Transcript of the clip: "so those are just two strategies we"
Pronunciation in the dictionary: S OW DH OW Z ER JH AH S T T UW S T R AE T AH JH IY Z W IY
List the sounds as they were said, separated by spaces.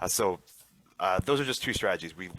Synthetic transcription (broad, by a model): S OW DH OW Z ER JH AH S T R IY S T R AE T AH JH IY Z W IY